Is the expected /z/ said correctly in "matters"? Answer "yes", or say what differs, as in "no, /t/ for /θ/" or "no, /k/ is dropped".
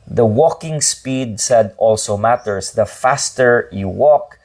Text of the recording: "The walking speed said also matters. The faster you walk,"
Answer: no, /s/ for /z/